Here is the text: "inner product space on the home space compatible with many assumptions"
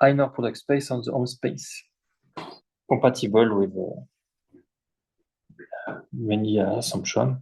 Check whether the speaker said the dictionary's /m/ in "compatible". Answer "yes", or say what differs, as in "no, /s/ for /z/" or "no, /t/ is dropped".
no, /m/ is dropped